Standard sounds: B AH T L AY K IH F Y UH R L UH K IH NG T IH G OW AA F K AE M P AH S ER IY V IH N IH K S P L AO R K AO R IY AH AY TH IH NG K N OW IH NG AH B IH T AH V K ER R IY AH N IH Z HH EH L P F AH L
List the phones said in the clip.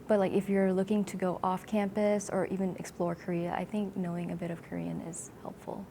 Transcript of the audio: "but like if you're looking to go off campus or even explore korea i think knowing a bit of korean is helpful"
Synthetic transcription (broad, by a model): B AH T L AY K IH F Y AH R L UH K IH NG T IH G OW AA F K AE M P AH S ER IY V IH N IH K S P L AO R K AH R IY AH AY TH IH NG K N OW IH NG AH B IH T AH V K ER R IY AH N IH Z HH EH L P F L